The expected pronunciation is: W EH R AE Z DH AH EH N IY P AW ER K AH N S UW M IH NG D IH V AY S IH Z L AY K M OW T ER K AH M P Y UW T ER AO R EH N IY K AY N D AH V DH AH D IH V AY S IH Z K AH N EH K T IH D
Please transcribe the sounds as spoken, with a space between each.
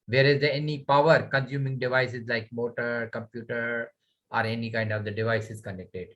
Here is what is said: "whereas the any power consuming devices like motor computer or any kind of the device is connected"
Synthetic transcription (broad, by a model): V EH R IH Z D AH EH N IY P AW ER K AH N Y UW M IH NG D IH V AY S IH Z L AY K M OW T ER K AH M P Y UW T ER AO R EH N IY K AY N D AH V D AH D IH V AY S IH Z K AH N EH K T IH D